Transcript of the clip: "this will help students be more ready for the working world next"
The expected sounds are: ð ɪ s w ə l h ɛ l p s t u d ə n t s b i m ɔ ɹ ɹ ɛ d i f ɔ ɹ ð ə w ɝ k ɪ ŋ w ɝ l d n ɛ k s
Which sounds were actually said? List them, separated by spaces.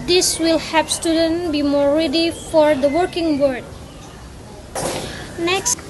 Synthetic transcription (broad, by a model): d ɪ s w ə l h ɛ p s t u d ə n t b i m ɔ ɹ ɹ ɛ d i f ɔ ɹ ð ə w ɝ k ɪ ŋ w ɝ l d n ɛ k s